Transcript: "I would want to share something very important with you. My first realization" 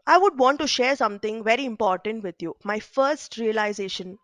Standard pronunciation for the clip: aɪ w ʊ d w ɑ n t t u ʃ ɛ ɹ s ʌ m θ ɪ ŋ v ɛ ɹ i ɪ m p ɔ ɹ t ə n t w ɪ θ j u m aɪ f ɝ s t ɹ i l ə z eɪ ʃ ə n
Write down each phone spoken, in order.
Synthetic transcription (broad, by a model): aɪ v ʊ d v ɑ n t t u ʃ ɛ ɹ s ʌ m t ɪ ŋ v ɛ ɹ i ɪ m p ɔ ɹ t ə n t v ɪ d j u m aɪ f ɝ s t ɹ i l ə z eɪ ʃ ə n